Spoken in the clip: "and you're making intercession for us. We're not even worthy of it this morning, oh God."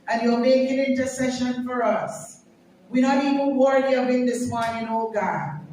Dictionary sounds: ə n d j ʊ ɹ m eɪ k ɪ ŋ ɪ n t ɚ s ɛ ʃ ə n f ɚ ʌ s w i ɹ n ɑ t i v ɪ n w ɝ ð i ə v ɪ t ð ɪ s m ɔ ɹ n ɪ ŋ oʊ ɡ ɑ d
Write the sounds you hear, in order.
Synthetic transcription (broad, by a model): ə n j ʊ l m eɪ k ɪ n ɪ n t ɚ s ɛ ʃ ə n f ɚ ʌ s w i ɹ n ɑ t i v ɪ n w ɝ i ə b ɪ t ð ɪ s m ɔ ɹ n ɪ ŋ oʊ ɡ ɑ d